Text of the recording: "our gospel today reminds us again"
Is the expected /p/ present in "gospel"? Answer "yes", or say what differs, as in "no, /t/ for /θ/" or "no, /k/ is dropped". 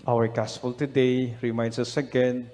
no, /f/ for /p/